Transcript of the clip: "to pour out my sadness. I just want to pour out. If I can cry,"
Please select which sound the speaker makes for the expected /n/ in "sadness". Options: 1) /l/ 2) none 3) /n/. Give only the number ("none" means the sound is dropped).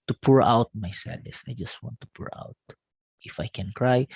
2